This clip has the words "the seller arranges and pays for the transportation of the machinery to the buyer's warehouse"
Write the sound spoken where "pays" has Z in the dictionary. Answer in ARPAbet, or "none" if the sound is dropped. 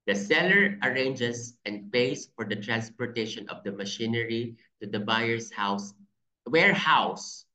S